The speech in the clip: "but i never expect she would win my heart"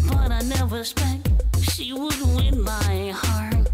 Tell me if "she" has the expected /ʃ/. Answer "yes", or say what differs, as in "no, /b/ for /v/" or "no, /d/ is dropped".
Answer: yes